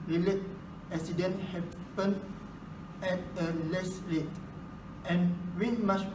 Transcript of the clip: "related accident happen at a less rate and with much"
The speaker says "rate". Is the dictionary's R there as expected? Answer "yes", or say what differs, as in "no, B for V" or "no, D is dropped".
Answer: no, L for R